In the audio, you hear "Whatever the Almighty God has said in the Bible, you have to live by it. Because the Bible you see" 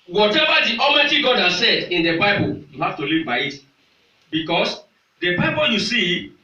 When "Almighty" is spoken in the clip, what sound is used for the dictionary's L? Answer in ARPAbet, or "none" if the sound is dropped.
none